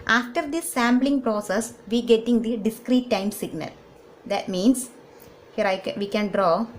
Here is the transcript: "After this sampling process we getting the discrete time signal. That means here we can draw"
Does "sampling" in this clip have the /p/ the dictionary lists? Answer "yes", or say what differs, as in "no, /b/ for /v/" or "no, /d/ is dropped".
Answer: no, /b/ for /p/